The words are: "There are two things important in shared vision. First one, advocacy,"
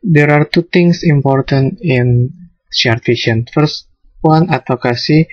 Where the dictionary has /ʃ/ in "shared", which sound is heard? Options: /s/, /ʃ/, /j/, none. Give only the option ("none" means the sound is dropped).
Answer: /s/